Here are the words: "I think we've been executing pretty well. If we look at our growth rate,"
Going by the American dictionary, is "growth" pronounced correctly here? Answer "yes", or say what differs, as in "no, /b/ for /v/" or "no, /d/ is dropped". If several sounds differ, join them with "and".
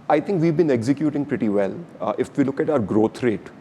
no, /t/ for /θ/